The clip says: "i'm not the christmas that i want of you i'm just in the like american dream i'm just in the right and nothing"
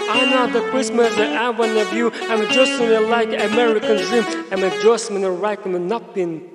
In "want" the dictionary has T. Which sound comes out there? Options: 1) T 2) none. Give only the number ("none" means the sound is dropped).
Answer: 2